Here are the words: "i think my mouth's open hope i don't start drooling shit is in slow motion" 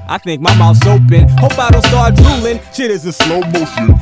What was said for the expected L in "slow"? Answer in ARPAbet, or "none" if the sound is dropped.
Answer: L